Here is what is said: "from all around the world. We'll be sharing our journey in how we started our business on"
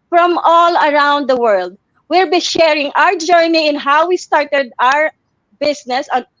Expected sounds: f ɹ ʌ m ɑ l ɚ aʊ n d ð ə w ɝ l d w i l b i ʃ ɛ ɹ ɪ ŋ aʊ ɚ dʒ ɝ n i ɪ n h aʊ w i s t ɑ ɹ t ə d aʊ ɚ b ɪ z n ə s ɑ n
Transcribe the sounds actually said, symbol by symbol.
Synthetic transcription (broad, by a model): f ɹ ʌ m ɑ l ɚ aʊ n d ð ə w ɝ l d w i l b i ʃ ɛ ɹ ɪ ŋ aʊ ɚ dʒ ɝ n i ɪ n h aʊ w i s t ɑ ɹ t ə d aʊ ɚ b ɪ s n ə s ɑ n